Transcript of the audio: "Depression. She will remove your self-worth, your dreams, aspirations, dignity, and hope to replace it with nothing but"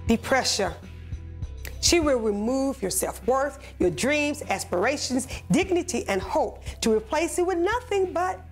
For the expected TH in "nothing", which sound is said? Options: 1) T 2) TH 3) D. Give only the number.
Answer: 2